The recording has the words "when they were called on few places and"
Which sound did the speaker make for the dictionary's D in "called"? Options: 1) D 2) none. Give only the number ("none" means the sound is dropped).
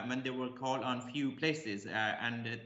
2